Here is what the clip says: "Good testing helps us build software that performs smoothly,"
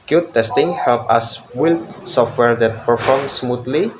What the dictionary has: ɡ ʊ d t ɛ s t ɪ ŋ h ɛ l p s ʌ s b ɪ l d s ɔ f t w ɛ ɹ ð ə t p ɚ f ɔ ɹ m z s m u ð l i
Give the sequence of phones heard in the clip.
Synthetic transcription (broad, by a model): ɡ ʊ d t ɛ s t ɪ ŋ h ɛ l p ʌ s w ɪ l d s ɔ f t w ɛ ɹ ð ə t p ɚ f ɔ ɹ m s m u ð l i